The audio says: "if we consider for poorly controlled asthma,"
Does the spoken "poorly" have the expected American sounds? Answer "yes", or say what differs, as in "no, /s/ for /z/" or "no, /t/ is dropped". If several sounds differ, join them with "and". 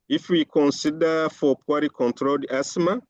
no, /l/ is dropped